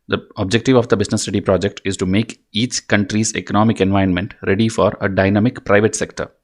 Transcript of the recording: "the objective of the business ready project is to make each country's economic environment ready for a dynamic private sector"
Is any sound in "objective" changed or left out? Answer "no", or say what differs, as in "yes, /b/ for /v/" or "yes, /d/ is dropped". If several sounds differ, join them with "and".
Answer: no